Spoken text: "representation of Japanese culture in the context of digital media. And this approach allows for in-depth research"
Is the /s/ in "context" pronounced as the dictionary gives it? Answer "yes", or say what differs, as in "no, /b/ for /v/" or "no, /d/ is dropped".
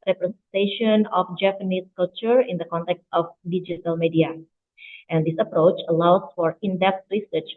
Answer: yes